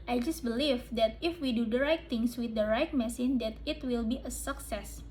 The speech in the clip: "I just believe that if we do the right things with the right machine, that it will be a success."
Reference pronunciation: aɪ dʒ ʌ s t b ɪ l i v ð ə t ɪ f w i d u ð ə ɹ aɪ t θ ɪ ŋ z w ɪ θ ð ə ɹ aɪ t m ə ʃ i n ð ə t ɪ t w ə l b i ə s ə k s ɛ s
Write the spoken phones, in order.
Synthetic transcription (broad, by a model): aɪ dʒ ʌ s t b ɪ l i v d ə t ɪ f w i d u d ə ɹ aɪ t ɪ ŋ s w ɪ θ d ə ɹ aɪ t m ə s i n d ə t ɪ t w ə l b i ə s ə k s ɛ s